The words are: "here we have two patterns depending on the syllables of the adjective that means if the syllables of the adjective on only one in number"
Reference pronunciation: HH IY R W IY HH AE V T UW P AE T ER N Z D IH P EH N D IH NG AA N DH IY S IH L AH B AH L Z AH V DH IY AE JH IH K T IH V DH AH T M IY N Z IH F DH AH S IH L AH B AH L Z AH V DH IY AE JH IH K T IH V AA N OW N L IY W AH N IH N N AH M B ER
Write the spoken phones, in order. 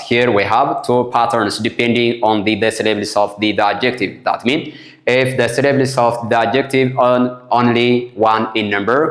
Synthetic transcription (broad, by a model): HH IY R W IY HH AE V T UW P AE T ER N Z D IH P EH N D IH NG AA N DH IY S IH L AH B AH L S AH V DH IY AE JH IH K T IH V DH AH T M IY N IH F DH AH S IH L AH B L S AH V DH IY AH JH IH K T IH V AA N OW N L IY W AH N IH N N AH M B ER